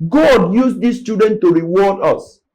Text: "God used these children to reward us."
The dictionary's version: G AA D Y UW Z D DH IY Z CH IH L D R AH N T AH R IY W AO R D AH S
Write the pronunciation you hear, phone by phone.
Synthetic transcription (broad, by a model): G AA D Y UW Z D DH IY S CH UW D AH N T AH R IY W AO D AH S